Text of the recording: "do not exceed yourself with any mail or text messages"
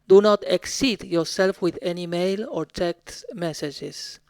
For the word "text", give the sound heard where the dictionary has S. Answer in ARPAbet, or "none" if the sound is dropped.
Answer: none